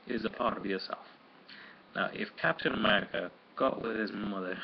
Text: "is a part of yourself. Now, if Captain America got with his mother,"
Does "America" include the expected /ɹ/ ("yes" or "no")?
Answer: yes